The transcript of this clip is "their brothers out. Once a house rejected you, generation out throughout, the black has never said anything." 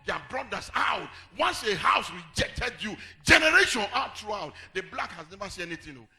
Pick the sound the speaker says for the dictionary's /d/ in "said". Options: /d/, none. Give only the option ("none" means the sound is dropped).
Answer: none